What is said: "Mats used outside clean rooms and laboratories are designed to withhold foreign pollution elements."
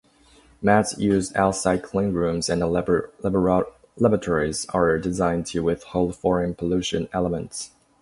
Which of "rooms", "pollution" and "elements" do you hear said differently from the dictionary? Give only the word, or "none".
none